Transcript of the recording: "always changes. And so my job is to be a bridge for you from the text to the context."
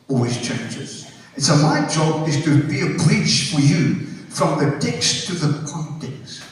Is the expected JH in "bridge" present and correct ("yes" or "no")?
no